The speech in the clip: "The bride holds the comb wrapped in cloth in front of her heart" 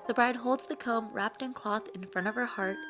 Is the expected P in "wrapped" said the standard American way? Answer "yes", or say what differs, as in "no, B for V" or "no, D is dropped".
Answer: yes